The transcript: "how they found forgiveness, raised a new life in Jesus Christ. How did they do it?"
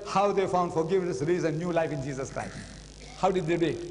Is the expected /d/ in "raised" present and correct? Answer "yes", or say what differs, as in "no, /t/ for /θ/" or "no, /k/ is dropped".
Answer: no, /d/ is dropped